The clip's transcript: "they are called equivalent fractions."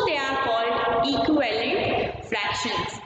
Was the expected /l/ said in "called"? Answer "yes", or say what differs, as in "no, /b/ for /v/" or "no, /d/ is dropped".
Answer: yes